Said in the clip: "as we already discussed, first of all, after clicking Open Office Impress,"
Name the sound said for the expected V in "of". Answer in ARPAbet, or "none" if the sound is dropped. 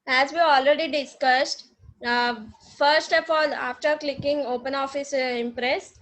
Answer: P